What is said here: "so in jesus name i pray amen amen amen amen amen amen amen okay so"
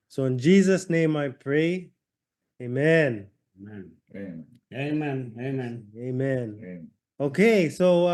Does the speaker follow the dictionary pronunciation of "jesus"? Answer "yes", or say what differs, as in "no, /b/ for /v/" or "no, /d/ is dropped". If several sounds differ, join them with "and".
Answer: yes